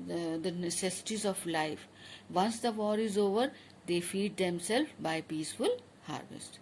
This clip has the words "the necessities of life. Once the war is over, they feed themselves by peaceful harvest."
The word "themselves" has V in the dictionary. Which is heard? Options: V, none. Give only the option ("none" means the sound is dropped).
none